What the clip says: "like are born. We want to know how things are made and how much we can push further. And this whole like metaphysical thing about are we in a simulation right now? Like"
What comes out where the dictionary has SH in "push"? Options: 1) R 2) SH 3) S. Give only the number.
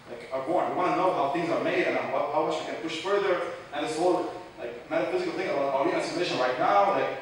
2